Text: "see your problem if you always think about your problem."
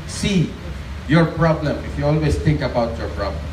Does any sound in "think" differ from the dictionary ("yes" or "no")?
yes